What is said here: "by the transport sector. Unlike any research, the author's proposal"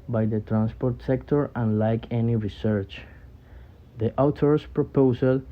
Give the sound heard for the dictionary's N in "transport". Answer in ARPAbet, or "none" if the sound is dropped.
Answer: N